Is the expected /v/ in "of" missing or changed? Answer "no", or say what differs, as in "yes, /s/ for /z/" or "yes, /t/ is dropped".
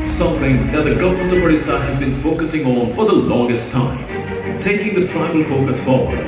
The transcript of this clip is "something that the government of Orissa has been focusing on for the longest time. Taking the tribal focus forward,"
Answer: yes, /p/ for /v/